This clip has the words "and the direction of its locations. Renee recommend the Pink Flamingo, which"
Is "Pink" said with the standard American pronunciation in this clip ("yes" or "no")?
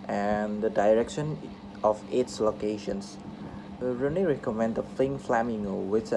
no